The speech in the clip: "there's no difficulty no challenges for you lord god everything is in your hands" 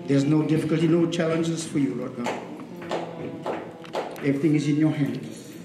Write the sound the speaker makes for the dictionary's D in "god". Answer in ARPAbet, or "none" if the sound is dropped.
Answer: none